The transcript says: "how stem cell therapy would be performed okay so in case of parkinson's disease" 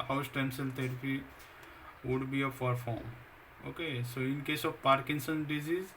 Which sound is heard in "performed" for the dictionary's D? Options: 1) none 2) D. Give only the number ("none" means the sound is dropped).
1